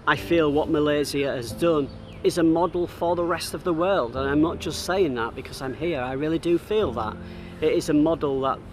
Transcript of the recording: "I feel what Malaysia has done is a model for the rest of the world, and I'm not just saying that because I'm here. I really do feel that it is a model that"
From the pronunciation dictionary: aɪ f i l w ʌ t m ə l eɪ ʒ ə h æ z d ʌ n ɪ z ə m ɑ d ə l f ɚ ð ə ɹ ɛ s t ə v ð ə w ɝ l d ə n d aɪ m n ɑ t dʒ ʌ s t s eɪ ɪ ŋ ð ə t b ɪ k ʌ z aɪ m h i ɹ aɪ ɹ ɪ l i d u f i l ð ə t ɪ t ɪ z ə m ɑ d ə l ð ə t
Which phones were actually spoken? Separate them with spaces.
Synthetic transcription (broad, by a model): aɪ f i l w ʌ t m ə l eɪ z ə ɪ z d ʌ n ɪ z ə m ɑ d l f ɚ ð ə ɹ ɛ s t ə v ð ə w ɝ l d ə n aɪ m n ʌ t dʒ ʌ s t s eɪ ɪ ŋ ð ə t b ɪ k ʌ z aɪ m h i ɹ aɪ ɹ ɪ l i d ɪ f i l ð ə t ɪ t ɪ z ə m ɑ d l ð ə t